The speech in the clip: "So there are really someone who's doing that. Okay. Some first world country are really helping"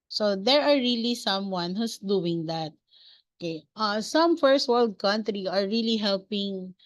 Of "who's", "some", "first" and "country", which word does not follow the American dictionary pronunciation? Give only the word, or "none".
who's